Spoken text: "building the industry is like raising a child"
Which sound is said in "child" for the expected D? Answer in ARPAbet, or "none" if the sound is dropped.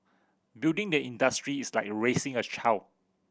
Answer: none